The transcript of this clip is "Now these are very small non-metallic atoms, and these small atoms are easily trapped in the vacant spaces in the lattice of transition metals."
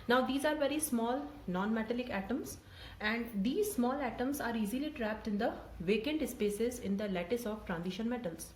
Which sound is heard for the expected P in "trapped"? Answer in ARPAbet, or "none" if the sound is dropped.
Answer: P